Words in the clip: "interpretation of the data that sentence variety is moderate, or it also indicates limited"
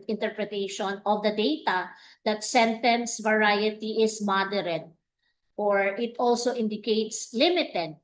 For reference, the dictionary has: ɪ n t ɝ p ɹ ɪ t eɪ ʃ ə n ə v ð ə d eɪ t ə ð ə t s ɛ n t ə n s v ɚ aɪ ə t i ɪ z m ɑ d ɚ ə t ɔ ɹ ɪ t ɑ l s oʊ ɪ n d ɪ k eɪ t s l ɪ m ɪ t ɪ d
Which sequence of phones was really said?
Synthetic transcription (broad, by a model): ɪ n t ɝ p ɹ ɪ t eɪ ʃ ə n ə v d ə d eɪ t ə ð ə t s ɛ n t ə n s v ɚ aɪ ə t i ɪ s m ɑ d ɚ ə t ɔ ɹ ɪ t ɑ l s oʊ ɪ n d ɪ k eɪ t s l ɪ m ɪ t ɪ d